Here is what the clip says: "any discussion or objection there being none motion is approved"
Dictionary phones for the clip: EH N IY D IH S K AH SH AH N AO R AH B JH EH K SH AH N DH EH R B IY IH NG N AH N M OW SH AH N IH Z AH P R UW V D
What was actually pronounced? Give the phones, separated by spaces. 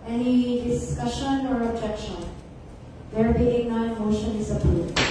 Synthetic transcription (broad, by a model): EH N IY D IH S K AH SH AH N AO R AH B JH EH K SH AH N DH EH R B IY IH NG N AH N M OW SH AH N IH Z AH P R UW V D